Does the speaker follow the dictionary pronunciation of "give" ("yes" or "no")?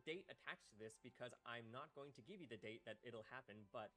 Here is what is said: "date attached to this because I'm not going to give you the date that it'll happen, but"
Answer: yes